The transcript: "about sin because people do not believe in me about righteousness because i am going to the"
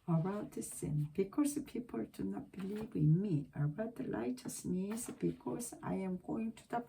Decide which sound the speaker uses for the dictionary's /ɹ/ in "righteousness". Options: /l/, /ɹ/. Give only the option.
/l/